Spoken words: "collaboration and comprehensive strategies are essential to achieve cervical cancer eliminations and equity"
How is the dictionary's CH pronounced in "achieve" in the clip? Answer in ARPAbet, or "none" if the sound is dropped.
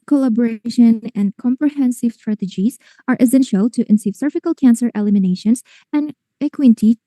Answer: S